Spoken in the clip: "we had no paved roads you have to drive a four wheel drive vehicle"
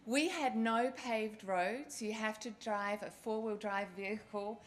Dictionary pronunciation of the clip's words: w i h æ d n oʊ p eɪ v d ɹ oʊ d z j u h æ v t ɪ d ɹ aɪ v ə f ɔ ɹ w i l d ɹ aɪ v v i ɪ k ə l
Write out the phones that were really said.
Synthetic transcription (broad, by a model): w i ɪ d n oʊ p eɪ v d ɹ oʊ d z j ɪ h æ f t ɪ d ɹ aɪ v ə f ɔ ɹ w i l d ɹ aɪ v v i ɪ k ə l